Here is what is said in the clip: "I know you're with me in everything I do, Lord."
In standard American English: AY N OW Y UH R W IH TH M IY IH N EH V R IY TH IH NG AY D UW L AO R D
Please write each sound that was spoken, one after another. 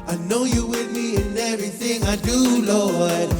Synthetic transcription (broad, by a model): AY N OW Y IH W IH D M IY IH N EH V R IY TH IH NG AY D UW L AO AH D